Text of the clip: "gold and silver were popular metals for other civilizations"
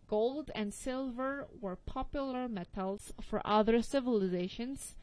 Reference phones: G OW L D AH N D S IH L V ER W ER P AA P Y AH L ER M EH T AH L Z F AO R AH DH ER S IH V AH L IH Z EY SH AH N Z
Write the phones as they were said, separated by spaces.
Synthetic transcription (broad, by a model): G OW L D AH N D S IH L V ER W ER P AA P Y AH L ER M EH T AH L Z F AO R AH DH ER S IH V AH L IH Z EY SH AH N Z